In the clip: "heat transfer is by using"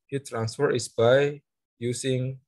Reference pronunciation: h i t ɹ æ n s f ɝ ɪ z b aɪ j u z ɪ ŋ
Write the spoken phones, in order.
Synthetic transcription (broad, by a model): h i t ɹ æ n s f ɝ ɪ s b aɪ j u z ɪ ŋ